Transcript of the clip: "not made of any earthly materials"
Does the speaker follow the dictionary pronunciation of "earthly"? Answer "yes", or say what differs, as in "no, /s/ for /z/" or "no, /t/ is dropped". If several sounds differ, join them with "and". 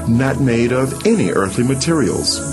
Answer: yes